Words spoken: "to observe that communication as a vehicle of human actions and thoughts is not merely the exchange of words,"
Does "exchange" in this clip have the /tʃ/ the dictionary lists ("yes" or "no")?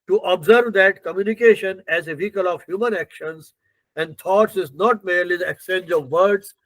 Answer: no